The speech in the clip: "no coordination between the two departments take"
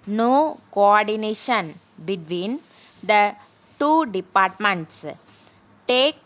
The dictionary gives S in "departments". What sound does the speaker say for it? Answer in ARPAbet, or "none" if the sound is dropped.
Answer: S